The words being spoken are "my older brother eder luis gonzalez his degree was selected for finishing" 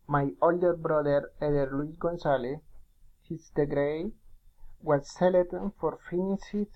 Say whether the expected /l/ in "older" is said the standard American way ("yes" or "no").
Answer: yes